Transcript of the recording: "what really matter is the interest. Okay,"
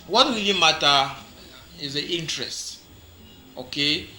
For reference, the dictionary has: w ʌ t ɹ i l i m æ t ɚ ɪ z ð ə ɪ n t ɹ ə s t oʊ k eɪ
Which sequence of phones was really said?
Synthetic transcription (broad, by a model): w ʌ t w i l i m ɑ t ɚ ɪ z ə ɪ n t ɹ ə s t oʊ k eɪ